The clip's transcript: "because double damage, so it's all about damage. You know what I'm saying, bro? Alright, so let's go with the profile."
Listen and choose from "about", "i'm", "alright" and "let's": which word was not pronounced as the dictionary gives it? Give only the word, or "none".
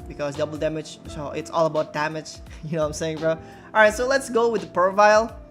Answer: alright